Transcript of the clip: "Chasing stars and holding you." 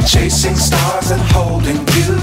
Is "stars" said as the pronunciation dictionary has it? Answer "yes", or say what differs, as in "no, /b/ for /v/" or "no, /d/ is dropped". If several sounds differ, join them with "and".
yes